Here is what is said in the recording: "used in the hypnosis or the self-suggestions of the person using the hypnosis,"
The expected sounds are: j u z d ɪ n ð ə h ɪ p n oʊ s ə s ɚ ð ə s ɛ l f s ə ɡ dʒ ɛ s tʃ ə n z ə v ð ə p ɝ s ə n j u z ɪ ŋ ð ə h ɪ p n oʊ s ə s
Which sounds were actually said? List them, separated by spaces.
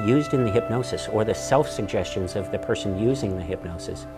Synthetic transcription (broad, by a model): j u z d ɪ n ð ə h ɪ p n oʊ s ə s ɚ ð ə s ɛ l f s ə ɡ dʒ ɛ s tʃ ə n z ə v ð ə p ɝ s ə n j u z ɪ ŋ ð ə h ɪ p n oʊ s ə s